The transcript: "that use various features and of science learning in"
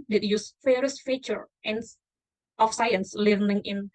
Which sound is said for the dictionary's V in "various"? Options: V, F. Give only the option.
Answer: F